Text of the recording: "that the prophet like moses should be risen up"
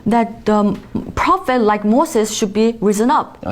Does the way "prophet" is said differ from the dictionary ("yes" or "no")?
no